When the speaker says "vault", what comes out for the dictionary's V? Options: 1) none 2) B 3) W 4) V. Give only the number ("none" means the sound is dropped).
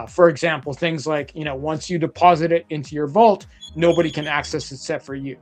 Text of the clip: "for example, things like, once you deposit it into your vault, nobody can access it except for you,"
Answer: 4